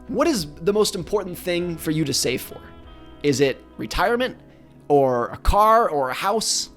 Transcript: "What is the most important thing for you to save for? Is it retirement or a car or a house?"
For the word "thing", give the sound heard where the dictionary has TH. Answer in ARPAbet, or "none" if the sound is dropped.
TH